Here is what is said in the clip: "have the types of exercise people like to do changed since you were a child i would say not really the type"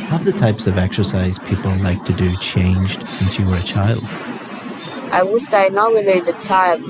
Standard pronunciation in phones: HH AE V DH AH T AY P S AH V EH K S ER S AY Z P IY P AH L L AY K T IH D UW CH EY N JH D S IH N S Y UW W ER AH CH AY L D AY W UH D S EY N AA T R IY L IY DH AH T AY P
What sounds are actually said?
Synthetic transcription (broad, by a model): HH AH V DH AH T AY P S AH V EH K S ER S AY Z P IY P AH L L AY K T IH D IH CH EY N JH D S IH N S Y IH W ER AH CH AY L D AY W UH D S EY N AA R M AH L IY DH AH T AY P